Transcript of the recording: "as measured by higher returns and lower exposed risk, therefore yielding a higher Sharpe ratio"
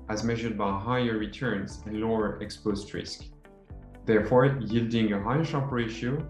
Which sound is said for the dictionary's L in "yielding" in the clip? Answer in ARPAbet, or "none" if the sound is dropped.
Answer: L